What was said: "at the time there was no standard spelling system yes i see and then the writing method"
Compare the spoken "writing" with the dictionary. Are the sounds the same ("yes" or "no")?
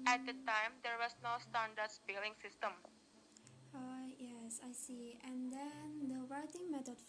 no